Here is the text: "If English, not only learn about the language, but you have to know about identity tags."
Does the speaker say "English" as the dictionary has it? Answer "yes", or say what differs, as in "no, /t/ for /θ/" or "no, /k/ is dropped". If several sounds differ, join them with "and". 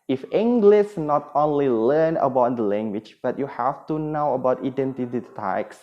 no, /s/ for /ʃ/